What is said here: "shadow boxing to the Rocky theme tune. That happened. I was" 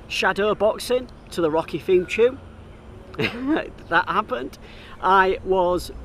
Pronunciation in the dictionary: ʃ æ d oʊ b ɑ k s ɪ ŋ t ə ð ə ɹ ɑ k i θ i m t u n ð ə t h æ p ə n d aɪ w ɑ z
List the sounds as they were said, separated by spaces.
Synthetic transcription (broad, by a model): ʃ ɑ d oʊ b ɑ k s ɪ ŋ t ə ð ə ɹ ɑ k i f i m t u ð ə t h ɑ p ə n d aɪ w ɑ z